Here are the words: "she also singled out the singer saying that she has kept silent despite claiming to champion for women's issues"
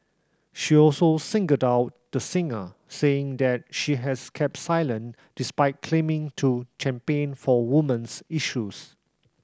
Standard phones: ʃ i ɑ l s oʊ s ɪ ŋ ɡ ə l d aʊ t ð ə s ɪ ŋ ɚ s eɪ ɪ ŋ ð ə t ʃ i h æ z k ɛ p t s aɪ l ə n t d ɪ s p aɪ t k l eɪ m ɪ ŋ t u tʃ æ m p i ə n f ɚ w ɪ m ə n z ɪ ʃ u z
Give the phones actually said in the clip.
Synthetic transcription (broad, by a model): ʃ i ɑ l s oʊ s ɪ ŋ ɡ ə d aʊ t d ə s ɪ ŋ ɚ s eɪ ɪ ŋ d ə t ʃ i h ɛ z k ɛ p t s aɪ l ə n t d ɪ s p aɪ t k l eɪ m ɪ ŋ t u tʃ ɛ m p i n f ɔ w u m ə n s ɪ ʃ u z